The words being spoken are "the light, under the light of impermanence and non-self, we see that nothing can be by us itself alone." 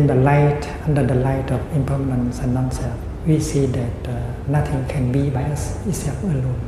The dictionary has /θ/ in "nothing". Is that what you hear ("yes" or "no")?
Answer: no